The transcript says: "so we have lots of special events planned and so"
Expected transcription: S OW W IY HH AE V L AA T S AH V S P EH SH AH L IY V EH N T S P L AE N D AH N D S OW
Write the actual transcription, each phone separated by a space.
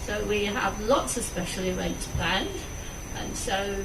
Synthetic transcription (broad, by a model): S OW W IY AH V L AA T S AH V S P EH SH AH L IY W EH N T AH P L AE N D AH N S OW